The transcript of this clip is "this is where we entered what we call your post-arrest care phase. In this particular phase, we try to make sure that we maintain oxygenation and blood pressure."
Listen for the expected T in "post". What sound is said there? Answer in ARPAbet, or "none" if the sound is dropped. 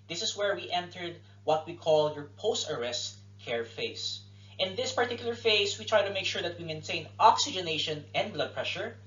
T